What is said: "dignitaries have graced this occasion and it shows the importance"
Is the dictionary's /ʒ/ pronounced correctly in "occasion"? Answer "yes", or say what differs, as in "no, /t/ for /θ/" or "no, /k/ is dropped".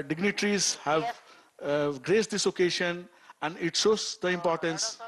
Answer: no, /ʃ/ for /ʒ/